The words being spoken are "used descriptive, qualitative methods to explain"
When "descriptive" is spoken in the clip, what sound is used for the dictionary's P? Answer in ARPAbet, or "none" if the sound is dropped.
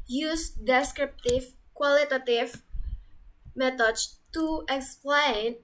P